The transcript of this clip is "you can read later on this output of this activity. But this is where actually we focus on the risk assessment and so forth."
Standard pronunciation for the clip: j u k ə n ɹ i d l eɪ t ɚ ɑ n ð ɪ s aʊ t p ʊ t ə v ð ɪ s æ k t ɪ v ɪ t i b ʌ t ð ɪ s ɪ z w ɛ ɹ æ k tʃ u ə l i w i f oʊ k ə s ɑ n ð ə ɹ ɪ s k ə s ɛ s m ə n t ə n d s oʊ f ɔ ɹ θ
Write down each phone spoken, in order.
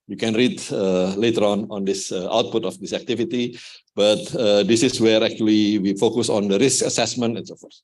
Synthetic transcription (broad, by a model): j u k ə n ɹ i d l eɪ t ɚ ɑ n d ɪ s aʊ t p ʊ t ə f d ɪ s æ k t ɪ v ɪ t i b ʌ t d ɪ s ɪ s w ɛ ɹ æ k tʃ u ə l i w i f oʊ k ə s ɑ n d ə ɹ ɪ s k ə s ɛ s m ə n t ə n s oʊ f ɔ ɹ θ